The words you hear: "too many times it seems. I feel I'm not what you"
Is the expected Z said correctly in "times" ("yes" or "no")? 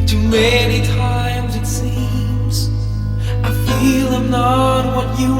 yes